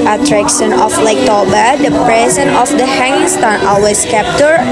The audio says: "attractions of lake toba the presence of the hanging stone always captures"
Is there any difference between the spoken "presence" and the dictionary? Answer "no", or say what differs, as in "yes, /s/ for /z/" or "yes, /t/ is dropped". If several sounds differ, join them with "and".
yes, /s/ is dropped